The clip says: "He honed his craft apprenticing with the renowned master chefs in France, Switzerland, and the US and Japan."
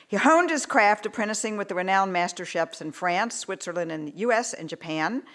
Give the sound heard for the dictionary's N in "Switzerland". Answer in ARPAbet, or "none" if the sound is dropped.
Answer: N